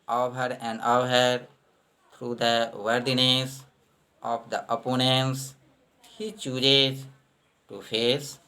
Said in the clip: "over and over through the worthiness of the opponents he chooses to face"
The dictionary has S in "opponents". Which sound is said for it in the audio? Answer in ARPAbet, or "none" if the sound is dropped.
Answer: S